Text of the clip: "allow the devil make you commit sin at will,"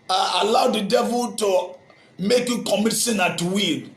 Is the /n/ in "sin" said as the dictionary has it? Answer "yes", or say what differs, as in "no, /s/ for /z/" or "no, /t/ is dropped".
yes